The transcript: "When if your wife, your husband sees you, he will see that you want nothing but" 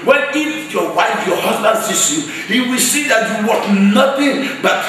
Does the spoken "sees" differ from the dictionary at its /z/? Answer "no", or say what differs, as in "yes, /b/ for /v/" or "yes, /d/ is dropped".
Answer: yes, /s/ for /z/